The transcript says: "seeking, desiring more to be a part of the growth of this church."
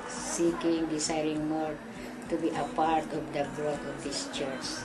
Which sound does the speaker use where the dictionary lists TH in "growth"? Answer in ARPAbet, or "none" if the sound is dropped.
T